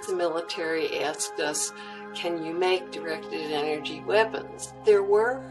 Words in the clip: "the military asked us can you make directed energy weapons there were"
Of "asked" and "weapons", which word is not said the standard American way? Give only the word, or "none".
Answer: none